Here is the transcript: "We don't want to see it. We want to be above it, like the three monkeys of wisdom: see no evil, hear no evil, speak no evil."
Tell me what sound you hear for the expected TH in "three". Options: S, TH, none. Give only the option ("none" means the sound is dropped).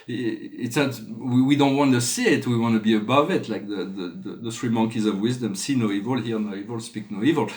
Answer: S